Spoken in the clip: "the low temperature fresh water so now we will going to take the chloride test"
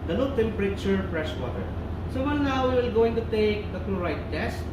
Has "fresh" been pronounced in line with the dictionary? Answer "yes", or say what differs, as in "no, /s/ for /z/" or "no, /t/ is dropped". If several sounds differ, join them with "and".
no, /p/ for /f/ and /s/ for /ʃ/